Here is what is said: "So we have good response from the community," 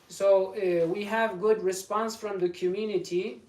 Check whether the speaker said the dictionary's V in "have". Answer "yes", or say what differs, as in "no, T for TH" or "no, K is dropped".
yes